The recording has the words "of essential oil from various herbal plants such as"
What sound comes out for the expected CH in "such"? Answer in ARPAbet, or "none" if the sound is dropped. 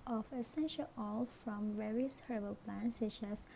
SH